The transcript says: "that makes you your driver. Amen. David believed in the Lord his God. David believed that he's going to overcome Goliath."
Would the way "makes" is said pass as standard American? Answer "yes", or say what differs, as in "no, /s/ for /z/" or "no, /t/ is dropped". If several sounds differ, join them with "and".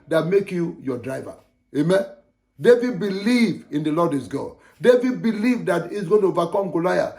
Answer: no, /s/ is dropped